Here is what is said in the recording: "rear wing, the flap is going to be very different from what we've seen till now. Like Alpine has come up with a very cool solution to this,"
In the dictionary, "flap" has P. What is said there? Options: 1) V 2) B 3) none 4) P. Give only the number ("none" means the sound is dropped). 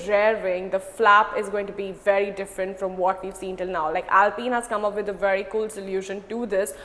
4